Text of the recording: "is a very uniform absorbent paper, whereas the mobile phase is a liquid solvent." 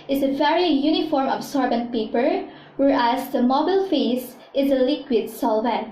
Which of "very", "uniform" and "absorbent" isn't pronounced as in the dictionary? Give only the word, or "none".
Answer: absorbent